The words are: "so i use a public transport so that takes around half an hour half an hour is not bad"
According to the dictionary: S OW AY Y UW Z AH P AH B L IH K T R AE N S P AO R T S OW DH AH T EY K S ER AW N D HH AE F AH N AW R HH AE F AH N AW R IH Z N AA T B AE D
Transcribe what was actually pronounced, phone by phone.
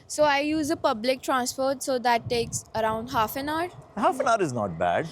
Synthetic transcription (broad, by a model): S OW AY Y UW Z AH P AH B L IH K T R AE N S F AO R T S OW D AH T EY K S ER AW N D HH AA F AH N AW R HH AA F AH N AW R IH Z N AA T B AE D